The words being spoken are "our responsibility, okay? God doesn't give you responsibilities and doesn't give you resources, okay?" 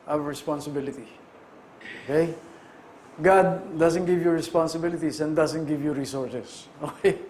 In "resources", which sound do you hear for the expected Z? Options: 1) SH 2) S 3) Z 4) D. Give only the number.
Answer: 2